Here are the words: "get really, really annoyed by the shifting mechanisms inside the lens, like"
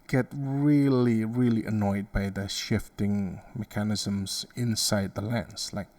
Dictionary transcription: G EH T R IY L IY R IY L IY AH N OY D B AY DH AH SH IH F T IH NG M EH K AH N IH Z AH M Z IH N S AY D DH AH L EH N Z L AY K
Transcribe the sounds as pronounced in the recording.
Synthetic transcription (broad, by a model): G EH T R IY L IY R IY L IY AH N OY D B AY DH AH SH IH F T IH NG M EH K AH N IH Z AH M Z IH N S AY D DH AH L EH N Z L AY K